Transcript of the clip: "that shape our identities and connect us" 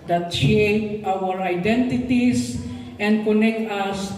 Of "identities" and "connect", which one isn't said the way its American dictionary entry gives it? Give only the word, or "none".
identities